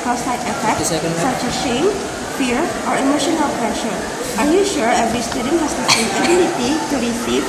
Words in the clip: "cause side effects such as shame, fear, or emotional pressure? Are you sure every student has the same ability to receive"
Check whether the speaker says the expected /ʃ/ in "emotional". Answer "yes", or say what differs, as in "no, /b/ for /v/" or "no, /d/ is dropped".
yes